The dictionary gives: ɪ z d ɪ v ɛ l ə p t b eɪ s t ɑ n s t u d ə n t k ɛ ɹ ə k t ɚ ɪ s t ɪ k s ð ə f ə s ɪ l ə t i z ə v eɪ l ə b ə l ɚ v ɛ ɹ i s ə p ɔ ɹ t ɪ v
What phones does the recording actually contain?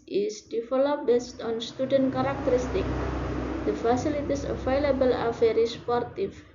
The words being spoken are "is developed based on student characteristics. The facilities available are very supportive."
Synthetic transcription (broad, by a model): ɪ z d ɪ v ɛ l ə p b eɪ s t ɑ n s t u d ə n t k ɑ ɹ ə k t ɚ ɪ s t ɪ k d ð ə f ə s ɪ l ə t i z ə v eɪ l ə b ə l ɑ v ɛ ɹ i s p ɔ ɹ t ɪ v